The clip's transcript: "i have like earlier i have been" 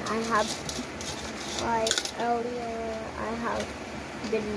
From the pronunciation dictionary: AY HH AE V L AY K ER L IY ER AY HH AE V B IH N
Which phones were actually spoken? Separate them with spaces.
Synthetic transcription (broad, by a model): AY HH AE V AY ER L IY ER AY HH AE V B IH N